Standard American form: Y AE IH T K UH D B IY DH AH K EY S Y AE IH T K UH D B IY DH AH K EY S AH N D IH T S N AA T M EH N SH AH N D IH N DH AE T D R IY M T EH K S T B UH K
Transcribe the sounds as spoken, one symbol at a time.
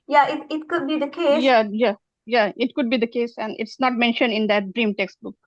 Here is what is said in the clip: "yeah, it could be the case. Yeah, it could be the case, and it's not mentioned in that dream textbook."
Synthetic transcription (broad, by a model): Y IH IH T K UH D B IY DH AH K EY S Y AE IH T K UH D B IY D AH K EY S AH N D IH T S N AA T M EH N SH AH N D IH N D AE T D R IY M T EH K S T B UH K